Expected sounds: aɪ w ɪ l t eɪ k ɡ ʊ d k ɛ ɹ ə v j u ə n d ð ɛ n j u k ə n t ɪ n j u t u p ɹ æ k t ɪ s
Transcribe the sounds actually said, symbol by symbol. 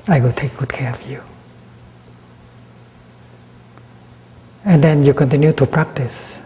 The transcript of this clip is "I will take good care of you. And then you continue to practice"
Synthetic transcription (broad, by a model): aɪ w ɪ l t eɪ k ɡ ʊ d k ɛ ɹ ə f j u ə n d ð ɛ n j u k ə n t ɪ n j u t u p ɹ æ k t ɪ s